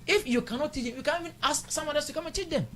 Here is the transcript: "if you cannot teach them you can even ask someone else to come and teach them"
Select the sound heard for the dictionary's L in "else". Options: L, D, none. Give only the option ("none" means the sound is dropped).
none